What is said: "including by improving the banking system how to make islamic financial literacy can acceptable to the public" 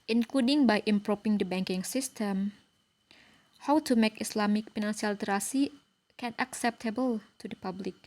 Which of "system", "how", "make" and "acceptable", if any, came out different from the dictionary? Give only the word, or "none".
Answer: none